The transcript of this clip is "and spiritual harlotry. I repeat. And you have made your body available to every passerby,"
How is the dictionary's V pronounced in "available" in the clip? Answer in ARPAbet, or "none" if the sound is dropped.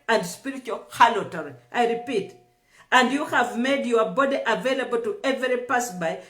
V